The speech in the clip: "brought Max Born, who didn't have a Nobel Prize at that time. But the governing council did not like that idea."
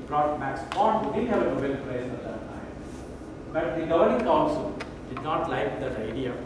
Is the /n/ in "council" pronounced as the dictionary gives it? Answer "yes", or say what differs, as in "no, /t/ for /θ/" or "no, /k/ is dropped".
no, /l/ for /n/